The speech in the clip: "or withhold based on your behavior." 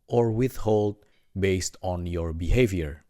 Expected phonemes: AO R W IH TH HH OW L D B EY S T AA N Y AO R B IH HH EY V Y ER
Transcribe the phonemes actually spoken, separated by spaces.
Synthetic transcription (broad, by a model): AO R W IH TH HH OW L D B EY S T AA N Y AO R B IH HH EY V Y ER